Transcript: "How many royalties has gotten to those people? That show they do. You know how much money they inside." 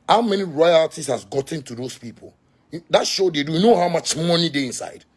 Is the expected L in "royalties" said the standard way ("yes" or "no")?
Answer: no